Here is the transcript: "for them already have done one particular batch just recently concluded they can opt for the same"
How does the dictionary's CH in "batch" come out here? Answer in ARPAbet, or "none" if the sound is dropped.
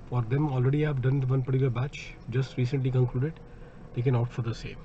CH